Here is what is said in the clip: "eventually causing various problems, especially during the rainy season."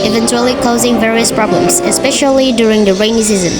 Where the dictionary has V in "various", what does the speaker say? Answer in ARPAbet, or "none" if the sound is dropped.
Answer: V